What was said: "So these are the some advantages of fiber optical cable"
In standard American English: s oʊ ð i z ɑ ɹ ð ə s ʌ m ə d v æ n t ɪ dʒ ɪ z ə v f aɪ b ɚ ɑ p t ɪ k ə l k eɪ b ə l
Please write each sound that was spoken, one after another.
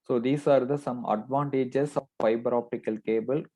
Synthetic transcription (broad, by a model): s oʊ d i s ɑ ɹ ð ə s ʌ m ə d v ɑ n t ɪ dʒ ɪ s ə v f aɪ b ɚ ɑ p t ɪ k ə l k eɪ b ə l